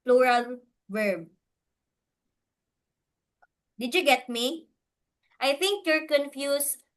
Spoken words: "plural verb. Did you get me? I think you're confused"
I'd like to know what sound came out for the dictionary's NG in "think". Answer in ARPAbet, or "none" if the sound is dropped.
NG